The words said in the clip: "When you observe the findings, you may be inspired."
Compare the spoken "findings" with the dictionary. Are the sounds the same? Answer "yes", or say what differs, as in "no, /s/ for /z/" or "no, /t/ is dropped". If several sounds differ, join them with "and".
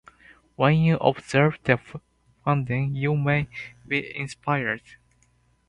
no, /z/ is dropped